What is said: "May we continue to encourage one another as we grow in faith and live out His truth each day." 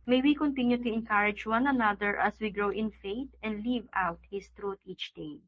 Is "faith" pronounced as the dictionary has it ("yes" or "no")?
no